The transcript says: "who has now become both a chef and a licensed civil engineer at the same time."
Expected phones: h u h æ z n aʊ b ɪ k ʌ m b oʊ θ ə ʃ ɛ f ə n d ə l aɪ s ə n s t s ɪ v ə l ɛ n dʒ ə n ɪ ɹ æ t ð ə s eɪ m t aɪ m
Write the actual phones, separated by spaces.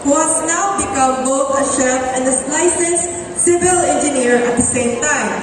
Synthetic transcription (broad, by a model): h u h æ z n aʊ b ɪ k ʌ m b oʊ θ ə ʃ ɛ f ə n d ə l aɪ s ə s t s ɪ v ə l ɛ n dʒ ə n ɪ ɹ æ t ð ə s eɪ m t aɪ m